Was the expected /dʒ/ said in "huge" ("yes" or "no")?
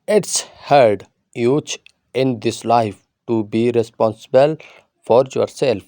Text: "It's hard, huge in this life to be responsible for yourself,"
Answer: no